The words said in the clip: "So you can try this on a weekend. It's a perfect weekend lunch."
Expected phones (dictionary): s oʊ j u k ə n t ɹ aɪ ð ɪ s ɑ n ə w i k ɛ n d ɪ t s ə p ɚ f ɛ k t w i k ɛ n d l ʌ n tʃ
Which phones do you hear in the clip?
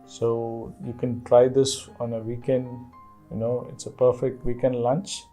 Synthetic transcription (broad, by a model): s oʊ j u k ə n t ɹ aɪ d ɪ s ɑ n ə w i k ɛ n d ɪ t s ə p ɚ f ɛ k t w i k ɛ n d l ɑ n tʃ